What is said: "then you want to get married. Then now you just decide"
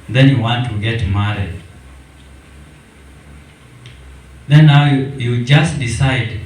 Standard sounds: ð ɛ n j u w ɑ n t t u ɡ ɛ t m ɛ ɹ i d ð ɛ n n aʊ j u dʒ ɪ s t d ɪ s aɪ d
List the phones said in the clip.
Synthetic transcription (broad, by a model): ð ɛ n j u w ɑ n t t u ɡ ɛ t m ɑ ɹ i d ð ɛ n n aʊ j u dʒ ɪ s t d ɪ s aɪ d